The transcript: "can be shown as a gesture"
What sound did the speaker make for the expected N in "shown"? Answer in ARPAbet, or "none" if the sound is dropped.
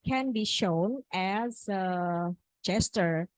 N